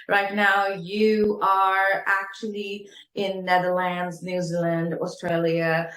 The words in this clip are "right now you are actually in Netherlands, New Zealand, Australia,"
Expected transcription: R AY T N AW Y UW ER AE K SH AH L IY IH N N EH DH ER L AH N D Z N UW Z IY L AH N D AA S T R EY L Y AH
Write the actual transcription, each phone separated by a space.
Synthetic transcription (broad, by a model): R AY T N AW Y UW ER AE K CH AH L IY IH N N EH DH ER L AH N D Z N UW Z IY L AH N D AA S T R EY L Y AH